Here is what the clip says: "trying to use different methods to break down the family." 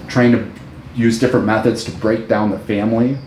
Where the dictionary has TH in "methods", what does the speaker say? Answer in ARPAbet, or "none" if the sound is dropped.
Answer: TH